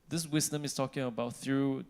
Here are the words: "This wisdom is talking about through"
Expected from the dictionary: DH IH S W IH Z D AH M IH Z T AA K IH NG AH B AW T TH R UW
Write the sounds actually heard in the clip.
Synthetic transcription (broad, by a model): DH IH S W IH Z D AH M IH S T AA K IH NG AH B AW T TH R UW